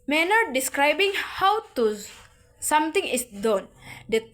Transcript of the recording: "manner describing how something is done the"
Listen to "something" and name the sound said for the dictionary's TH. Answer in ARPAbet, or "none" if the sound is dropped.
T